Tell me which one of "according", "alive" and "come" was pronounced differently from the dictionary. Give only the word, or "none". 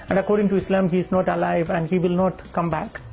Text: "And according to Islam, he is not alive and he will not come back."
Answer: none